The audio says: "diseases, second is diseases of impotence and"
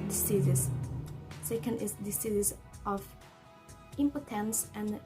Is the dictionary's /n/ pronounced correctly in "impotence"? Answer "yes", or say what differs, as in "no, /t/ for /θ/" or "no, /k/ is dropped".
yes